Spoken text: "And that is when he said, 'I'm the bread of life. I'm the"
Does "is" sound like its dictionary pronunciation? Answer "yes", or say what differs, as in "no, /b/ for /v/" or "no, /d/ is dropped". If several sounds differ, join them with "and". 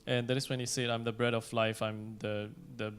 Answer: no, /s/ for /z/